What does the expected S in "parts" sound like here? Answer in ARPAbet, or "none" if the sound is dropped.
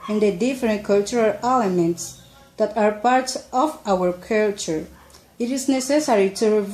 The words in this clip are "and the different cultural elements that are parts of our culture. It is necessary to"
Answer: none